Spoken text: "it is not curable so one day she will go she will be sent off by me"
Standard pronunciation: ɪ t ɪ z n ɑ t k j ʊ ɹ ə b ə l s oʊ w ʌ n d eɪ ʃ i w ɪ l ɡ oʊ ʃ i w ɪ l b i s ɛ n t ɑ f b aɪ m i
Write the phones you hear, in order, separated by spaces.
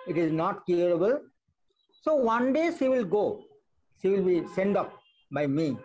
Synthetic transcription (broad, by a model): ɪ t ɪ z n ɑ t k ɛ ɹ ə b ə l s oʊ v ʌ n d eɪ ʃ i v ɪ l ɡ oʊ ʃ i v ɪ l b i s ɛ n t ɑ p b aɪ m i